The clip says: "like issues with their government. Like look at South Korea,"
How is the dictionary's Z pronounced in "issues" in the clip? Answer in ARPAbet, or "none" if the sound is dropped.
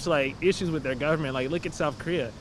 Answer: Z